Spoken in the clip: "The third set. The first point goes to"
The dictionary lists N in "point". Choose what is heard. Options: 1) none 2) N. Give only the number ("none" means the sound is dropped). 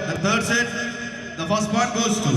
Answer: 1